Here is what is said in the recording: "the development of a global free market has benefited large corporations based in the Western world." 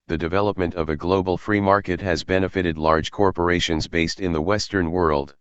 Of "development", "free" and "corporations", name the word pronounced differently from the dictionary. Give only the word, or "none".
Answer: none